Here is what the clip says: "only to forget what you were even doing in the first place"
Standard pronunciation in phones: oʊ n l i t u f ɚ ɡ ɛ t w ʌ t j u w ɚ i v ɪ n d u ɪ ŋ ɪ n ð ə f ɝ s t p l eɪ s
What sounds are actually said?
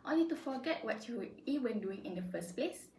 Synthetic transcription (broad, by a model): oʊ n l i t u f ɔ ɡ ɛ t w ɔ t j u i w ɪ n d u ɪ ŋ ɪ n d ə f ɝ s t p l eɪ s